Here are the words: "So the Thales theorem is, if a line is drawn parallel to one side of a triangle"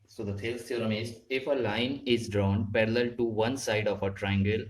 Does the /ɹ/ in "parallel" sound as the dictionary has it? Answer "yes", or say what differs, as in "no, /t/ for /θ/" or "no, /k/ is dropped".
yes